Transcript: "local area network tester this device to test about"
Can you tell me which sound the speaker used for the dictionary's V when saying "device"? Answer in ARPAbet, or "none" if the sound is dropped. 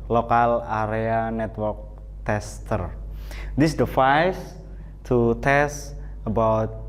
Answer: F